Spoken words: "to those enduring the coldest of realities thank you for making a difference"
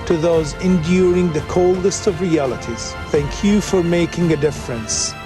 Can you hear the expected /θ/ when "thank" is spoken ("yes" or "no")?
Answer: yes